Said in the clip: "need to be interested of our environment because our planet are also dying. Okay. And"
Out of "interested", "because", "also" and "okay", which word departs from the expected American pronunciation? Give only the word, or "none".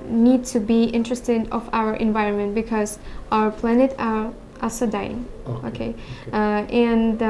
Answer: also